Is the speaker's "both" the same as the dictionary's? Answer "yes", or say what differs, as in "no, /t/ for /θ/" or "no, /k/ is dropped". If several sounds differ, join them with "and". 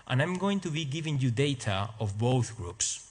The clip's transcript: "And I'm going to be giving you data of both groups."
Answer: yes